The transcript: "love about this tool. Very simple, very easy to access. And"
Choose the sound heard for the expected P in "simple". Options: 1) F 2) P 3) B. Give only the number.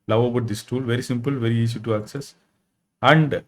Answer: 2